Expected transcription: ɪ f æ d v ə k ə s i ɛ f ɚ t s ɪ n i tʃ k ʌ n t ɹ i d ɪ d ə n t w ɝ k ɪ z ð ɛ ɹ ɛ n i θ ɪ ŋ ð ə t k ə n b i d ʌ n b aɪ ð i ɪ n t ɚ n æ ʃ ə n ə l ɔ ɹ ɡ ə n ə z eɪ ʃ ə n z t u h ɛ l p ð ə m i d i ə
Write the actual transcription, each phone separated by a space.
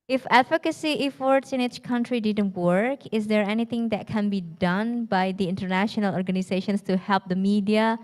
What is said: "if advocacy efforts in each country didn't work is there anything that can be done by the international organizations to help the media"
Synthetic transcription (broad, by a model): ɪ f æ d f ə k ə s i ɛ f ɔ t s ɪ n i tʃ k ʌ n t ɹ i d ɪ d ə n t w ɝ k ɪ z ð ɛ ɹ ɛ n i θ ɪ ŋ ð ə t k ə n b i d ʌ n b aɪ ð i ɪ n t ɚ n æ ʃ ə n ə l ɔ ɹ ɡ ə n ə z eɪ ʃ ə n s t u h ɛ l p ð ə m i d i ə